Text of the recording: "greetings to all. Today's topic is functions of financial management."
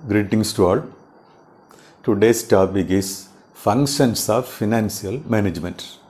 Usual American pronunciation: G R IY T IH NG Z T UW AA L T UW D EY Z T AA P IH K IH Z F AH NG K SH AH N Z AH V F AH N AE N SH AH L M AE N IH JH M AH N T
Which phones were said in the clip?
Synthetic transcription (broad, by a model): G R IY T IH NG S T UW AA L T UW D EY S T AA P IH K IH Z F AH NG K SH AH N S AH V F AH N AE N S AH L M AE N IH JH M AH N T